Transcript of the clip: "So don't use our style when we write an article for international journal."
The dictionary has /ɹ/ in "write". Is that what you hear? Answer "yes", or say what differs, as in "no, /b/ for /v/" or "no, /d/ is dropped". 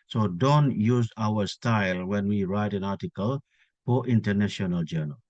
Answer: yes